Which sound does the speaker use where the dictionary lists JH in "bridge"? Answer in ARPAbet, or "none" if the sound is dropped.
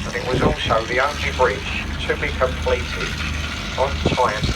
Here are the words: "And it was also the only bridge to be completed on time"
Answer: CH